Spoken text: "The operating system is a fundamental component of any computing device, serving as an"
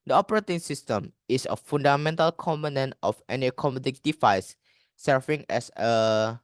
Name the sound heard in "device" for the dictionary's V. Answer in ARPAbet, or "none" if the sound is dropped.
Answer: F